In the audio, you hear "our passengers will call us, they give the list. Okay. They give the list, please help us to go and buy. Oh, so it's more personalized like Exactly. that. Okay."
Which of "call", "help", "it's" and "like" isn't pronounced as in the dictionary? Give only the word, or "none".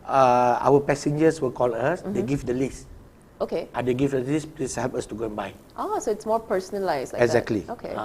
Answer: like